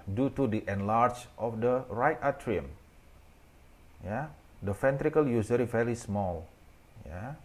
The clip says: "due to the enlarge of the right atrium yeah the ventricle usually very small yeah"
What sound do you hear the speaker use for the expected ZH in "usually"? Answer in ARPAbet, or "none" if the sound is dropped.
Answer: Z